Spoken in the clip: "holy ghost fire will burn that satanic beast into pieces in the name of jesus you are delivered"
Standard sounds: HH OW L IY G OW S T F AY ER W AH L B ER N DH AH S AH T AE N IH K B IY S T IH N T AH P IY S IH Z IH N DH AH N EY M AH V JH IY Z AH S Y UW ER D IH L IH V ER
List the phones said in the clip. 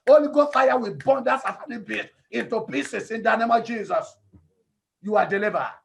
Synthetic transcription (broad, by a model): OW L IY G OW F AY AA W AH B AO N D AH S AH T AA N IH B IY T IH N T AH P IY S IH S IH N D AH N EY M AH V JH IY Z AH S Y UW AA D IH L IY V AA